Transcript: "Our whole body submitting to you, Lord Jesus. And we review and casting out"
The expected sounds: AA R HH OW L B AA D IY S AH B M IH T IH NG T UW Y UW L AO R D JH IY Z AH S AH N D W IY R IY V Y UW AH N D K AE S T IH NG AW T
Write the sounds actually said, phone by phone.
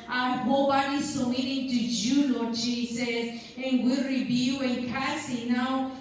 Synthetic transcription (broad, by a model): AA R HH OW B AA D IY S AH M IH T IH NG T UW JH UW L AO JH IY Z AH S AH N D W IY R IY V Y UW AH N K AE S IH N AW